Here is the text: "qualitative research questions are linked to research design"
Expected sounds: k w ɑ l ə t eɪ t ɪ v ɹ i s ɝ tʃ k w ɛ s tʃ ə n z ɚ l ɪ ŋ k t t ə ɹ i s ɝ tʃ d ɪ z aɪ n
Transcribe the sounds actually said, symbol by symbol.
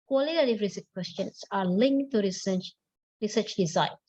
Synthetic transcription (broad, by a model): k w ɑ l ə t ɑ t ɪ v ɹ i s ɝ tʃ k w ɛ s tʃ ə n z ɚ l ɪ ŋ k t s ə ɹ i s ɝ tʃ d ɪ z aɪ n